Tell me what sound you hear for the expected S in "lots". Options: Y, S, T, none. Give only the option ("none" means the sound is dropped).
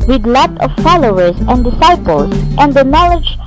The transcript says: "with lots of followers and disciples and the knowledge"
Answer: none